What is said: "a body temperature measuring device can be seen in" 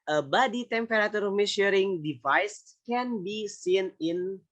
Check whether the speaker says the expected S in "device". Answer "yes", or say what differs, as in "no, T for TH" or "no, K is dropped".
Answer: yes